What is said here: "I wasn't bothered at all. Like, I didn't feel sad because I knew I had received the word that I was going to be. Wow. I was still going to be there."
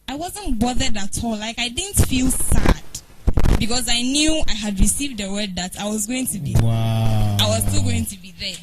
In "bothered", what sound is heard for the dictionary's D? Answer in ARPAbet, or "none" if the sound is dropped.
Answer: D